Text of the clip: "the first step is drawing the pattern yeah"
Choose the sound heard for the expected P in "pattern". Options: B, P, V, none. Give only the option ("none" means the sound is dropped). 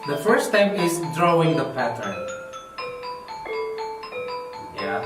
P